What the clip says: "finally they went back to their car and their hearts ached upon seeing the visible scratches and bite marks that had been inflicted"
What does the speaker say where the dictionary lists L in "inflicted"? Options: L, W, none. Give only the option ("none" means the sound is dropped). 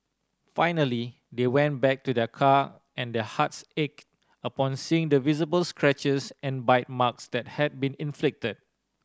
L